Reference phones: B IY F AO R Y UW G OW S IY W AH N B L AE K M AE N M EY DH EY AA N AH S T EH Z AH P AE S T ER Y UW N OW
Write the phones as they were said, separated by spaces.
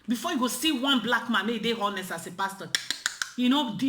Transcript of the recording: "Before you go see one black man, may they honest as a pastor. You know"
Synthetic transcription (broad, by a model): B IY F AO Y UW G OW S IY W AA N B L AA K M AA N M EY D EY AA N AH S AA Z AH P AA S T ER Y UW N OW